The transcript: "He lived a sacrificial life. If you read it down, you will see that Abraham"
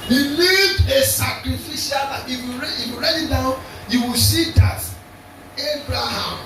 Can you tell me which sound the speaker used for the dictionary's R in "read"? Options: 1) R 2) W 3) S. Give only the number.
2